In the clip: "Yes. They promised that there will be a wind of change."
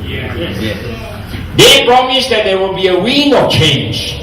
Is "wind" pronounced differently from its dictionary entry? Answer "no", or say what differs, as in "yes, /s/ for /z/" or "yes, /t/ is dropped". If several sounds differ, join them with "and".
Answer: yes, /d/ is dropped